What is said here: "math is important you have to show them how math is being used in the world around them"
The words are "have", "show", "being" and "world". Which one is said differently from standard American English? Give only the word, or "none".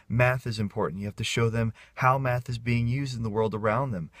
have